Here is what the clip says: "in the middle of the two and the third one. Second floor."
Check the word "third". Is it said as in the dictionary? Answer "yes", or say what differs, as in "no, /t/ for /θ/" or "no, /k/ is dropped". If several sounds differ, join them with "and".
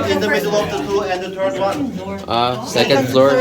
no, /t/ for /θ/